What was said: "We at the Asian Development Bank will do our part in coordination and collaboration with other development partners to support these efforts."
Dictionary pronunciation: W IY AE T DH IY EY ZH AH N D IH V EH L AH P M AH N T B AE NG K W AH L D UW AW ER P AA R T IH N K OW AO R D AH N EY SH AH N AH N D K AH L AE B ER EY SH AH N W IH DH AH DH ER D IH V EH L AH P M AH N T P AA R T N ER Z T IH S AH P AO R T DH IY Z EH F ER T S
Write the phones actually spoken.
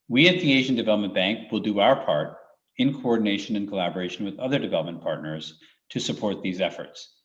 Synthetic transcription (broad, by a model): W IY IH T DH IY EY ZH AH N D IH V EH L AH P M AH N B AE NG K W AH L D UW AW ER P AA R T IH N K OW AO R D N EY SH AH N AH N K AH L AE B ER EY SH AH N W IH DH AH DH ER D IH V EH L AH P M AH N P AA R T N ER Z T IH S AH P AO R T DH IY Z EH F ER T S